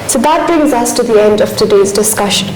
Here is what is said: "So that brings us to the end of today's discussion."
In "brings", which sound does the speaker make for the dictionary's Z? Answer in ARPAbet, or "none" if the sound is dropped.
Z